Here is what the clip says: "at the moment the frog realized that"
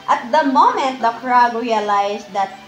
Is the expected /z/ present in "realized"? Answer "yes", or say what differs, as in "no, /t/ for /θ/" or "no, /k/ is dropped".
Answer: no, /s/ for /z/